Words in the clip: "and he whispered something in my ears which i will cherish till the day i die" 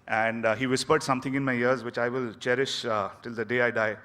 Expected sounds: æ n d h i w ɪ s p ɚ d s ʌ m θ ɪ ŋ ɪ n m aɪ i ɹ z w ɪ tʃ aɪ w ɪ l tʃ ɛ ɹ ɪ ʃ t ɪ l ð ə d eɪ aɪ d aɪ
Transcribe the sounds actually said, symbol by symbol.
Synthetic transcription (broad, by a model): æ n d h i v ɪ s p ɚ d s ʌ m t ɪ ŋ ɪ n m aɪ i ɹ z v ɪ tʃ aɪ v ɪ l tʃ ɛ ɹ ɪ ʃ t ɪ l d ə d eɪ aɪ d aɪ